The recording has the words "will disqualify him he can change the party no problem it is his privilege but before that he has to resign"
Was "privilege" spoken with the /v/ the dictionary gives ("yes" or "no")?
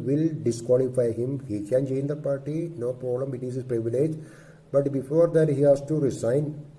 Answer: yes